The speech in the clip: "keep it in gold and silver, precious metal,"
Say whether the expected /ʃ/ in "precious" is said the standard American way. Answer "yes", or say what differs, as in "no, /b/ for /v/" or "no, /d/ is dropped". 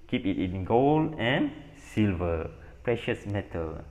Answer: yes